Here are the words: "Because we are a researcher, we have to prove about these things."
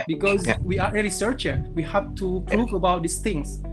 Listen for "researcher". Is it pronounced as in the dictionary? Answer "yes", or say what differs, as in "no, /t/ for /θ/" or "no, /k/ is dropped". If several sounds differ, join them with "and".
no, /l/ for /ɹ/